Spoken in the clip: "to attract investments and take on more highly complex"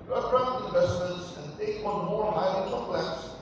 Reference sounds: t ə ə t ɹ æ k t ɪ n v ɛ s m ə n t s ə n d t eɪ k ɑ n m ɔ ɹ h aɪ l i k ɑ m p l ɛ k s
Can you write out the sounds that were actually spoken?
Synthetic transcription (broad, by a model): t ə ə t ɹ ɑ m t ɪ n v ɛ s m ə n t s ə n t eɪ k ɑ n m ɔ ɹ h aɪ i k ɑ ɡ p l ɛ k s